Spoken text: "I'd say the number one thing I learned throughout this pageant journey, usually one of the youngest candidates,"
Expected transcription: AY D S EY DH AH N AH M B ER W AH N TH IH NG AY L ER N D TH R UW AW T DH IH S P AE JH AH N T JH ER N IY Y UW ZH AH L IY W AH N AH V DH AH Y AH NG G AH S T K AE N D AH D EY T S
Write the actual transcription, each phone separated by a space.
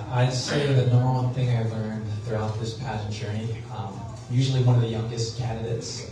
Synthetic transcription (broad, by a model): AY S EY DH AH N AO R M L TH IH NG AY L ER N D TH R UW AW T DH IH S P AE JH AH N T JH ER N IY Y UW ZH L IY W AH N AH V DH AH Y AH NG G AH S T K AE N D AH D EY T S